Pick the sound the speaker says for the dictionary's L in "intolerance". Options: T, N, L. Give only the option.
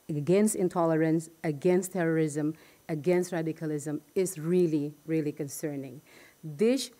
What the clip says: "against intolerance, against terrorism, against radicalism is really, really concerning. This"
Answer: L